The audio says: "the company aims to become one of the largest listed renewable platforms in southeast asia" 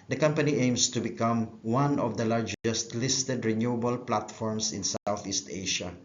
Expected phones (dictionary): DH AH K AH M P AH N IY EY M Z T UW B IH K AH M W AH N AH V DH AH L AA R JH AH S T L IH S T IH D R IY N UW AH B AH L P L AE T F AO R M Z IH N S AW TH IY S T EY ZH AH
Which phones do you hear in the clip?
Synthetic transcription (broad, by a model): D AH K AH M P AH N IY EY M S T UW B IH K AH M W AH N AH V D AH L AA R JH AH S T L IH S T IH D R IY N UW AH B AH L P L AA T F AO R M S IH N S AW TH IY S T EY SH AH